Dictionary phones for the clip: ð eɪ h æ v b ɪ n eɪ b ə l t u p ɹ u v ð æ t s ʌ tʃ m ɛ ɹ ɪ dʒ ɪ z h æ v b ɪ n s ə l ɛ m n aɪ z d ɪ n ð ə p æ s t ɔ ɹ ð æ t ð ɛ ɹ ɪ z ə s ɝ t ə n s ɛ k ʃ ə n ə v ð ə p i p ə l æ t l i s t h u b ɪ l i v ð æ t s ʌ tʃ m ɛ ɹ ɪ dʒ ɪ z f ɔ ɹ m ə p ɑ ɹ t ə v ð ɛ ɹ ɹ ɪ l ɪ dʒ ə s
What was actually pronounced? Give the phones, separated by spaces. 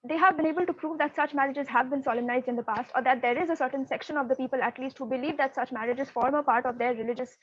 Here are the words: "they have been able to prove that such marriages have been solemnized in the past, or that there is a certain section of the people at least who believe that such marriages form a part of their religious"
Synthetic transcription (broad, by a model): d eɪ h æ v b ɪ n eɪ b ə l t u p ɹ u v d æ t s ʌ tʃ m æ ɹ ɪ dʒ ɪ z h æ v b ɪ n s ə l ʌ m n aɪ z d ɪ n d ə p æ s t ɔ ɹ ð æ t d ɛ ɹ ɪ z ə s ɝ t ə n s ɛ k ʃ ə n ə v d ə p i p ə l æ t l i s t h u b ɪ l i v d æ t s ʌ tʃ m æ ɹ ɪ dʒ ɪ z f ɔ ɹ m ə p ɑ ɹ t ə v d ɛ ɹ ɹ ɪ l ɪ dʒ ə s